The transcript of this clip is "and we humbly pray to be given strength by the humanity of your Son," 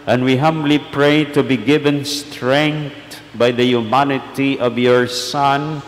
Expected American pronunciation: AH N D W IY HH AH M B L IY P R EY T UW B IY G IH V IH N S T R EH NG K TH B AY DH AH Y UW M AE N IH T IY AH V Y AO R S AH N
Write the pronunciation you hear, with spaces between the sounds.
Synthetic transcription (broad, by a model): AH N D W IY HH AH M B L IY P R EY T UW B IY G IH V IH N S T R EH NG K T B AY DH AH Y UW M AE N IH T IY AH V Y AO R S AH N